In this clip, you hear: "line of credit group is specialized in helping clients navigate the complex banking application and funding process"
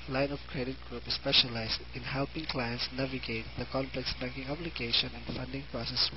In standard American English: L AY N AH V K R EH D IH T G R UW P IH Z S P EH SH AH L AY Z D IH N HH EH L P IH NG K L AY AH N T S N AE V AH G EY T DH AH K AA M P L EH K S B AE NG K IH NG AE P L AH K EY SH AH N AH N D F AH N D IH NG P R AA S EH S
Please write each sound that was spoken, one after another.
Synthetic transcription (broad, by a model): L AY N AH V K R EH D IH T G R UW P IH S P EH SH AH L AY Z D IH N HH EH L P IH NG K L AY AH N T S N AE V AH G EY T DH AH K AA M P L EH K S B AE NG K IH NG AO B L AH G EY SH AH N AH N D F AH N D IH NG P R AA S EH S